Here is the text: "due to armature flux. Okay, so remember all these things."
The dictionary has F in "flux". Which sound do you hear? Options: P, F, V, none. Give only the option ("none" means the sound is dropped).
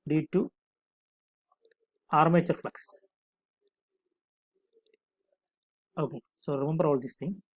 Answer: F